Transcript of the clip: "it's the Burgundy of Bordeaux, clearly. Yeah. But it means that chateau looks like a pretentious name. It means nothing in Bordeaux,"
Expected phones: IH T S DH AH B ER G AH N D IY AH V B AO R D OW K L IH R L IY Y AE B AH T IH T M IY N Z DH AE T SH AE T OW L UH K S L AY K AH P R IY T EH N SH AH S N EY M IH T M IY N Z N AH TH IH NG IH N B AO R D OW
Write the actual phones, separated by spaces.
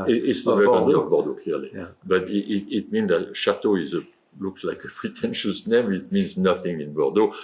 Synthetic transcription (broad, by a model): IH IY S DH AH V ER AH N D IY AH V B AO R D OW K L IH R L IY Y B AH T IH T M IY N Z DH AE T SH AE T OW L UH K S L AY K AH P R IY T EH N SH AH S N EY M IH T M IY N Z N AH TH IH NG IH N B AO R D OW